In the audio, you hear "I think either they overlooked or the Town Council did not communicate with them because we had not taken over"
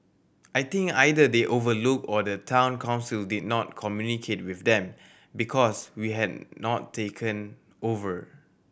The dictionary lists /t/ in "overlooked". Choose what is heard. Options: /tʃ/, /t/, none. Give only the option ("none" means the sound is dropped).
none